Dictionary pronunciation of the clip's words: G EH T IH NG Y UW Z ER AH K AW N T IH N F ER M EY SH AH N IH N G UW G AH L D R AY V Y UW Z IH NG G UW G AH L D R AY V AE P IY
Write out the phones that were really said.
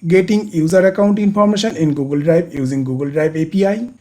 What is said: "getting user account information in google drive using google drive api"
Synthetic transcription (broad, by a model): G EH T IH NG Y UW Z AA AH K AW N T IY N P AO M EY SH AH N IH N G UW G AH L D R AY B Y UW Z IH NG G UW G AH L D R AY B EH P IY